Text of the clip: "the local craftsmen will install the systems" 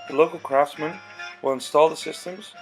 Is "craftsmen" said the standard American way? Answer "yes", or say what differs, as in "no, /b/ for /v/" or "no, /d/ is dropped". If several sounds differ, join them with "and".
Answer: yes